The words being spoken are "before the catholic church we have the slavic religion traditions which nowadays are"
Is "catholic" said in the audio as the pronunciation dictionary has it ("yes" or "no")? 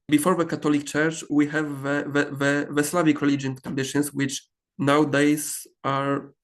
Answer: no